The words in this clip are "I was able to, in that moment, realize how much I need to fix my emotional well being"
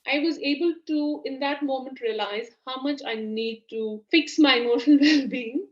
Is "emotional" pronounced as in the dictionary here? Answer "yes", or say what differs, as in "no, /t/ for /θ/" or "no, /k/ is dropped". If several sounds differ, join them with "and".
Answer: no, /n/ is dropped